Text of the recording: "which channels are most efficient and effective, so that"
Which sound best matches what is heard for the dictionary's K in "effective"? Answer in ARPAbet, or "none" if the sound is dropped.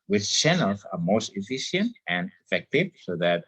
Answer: K